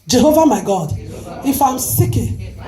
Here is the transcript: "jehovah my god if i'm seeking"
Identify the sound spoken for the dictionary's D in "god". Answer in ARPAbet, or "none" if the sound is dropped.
D